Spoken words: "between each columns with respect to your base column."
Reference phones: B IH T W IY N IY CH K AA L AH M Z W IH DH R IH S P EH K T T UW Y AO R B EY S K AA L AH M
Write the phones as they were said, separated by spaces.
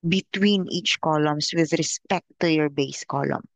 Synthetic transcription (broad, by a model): B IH T W IY N IY CH K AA L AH M S W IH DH R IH S P EH K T T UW Y AO R B EY S K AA L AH M